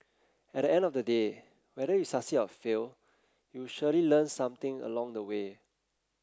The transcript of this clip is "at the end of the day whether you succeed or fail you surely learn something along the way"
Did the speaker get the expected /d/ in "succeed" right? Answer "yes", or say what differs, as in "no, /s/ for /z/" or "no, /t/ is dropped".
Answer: no, /d/ is dropped